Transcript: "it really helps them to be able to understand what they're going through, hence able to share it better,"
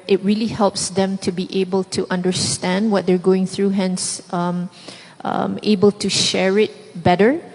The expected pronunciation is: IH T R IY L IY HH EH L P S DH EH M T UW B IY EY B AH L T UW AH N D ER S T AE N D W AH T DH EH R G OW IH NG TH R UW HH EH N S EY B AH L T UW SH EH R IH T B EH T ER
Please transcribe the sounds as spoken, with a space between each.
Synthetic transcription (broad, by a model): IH T R IY L IY HH EH L P S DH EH M T UW B IY EY B AH L T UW AH N D ER S T AE N D W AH T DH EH R G OW IH NG TH R UW HH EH N S EY B AH L T UW SH EH R IH T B EH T ER